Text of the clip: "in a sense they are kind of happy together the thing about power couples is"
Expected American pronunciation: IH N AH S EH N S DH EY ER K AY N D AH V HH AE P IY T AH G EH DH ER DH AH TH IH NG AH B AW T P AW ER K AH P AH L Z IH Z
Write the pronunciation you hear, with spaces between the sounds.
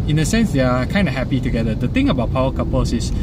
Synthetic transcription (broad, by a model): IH N AH S EH N S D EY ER K AY N D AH HH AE P IY T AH G EH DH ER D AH T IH NG AH B AW T P AW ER K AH P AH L S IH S